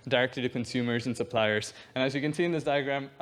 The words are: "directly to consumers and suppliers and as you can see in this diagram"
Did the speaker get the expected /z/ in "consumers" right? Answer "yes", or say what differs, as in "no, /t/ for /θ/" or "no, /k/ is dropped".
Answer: yes